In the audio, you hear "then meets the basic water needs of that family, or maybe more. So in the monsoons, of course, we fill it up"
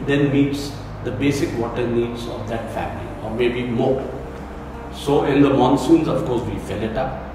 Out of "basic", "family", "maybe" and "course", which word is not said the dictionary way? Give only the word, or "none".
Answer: none